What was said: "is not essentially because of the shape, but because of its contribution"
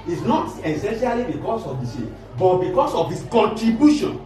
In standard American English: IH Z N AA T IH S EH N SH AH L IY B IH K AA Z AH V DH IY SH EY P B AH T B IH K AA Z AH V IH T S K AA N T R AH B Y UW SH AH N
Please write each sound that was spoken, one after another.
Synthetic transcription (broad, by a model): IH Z N AA T IH S EH N SH AH L IY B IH K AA S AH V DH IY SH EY B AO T B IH K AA S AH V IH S K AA N T R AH B Y UW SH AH N